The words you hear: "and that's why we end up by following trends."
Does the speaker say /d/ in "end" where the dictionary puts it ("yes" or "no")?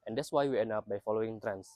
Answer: no